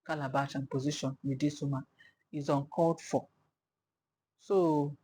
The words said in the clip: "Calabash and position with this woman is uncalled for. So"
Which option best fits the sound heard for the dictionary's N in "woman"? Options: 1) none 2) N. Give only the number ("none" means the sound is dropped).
1